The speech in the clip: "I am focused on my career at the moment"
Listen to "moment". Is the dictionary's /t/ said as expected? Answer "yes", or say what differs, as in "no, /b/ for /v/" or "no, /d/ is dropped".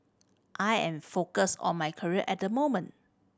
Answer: yes